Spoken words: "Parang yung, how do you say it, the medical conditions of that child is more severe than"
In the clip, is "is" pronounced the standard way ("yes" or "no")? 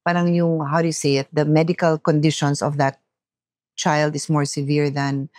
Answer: no